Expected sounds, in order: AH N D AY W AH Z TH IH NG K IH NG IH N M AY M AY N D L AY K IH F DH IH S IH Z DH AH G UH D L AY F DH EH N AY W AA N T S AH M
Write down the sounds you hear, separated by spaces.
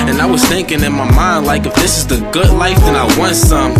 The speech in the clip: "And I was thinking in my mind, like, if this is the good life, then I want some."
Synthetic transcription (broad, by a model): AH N AY W AH Z TH IH NG K IH NG IH N M AY M AY N D L AY K IH F DH IH S IH Z DH AH G UH D L AY F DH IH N AY W AA N T S AH M